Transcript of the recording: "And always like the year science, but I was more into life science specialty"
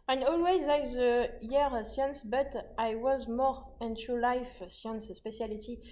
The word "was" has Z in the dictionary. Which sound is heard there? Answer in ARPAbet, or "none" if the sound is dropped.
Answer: Z